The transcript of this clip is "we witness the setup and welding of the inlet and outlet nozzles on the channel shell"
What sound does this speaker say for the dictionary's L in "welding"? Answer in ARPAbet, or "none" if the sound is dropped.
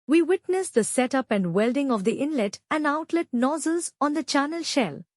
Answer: L